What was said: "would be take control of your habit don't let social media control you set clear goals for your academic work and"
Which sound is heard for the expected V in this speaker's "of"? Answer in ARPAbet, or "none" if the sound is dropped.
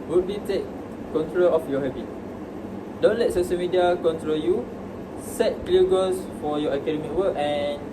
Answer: F